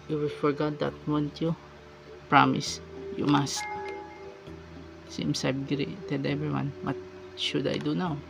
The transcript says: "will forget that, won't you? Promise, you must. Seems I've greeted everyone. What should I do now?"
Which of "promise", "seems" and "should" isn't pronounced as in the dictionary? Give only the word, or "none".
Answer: seems